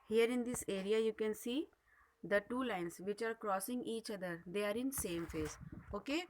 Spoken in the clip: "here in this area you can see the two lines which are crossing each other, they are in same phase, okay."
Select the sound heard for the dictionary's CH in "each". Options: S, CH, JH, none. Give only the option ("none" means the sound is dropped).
CH